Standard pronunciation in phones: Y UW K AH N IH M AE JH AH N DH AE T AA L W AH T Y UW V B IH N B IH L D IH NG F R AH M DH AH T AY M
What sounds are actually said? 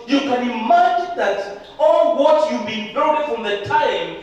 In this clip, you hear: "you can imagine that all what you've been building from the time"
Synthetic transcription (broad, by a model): Y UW K AH N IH M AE JH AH N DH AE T AA L W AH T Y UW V B IH N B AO D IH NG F R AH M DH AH T AY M